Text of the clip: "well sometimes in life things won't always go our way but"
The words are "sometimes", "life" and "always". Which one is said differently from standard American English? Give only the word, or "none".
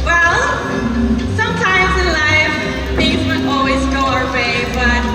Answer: none